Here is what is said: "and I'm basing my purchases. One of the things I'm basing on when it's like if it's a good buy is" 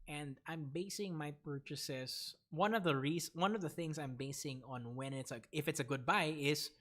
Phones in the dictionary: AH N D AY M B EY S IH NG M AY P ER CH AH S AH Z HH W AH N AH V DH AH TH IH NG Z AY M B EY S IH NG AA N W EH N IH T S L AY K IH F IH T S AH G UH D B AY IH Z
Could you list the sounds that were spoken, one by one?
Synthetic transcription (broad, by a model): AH N D AY M B EY S IH NG M AY P ER CH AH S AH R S W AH N AH V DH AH TH IH NG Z AY M B EY S IH NG AA N W EH N IH T S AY IH F IH T S AH G UH D B AY IH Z